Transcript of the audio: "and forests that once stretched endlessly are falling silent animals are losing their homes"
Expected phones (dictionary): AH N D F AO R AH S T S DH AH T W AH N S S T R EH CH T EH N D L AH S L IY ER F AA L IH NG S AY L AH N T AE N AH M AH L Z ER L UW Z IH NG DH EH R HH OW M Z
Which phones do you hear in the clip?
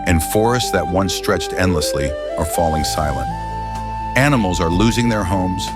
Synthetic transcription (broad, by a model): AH N F AO R AH S T S DH AH T W AH N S S T R EH CH T EH N D L AH S L IY ER F AA L IH NG S AY L AH N T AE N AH M L Z ER L UW Z IH NG DH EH R HH OW M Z